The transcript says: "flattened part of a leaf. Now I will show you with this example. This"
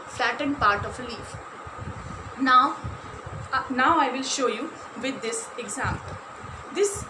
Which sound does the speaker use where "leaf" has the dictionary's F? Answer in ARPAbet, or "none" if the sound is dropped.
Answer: F